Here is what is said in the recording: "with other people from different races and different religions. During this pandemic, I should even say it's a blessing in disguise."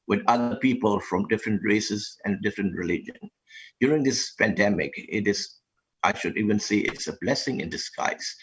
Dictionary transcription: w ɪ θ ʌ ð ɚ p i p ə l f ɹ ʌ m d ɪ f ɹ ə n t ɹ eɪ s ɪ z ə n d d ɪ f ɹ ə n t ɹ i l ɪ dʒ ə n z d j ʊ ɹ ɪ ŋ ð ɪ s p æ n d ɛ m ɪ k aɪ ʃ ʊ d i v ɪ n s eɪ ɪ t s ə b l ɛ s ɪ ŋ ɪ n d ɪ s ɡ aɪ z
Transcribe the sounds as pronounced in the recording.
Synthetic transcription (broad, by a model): w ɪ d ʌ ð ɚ p i p ə l f ɹ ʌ m d ɪ f ɹ ə n t ɹ eɪ s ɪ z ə n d d ɪ f ɹ ə n t ɹ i l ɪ dʒ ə n d j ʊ ɹ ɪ ŋ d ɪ s p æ n d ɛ m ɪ k aɪ ʃ ʊ d i v ɪ n s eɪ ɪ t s ə b l ɛ s ɪ ŋ ɪ n d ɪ s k aɪ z